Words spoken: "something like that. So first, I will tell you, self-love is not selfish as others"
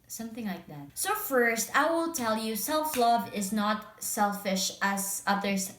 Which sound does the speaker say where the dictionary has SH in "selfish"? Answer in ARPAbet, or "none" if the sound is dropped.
SH